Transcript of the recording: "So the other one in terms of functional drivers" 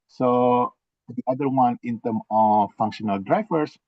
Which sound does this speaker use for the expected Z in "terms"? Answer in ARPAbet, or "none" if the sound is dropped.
none